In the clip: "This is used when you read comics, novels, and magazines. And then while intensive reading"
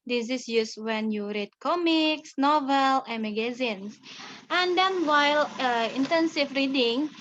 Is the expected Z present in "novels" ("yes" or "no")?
no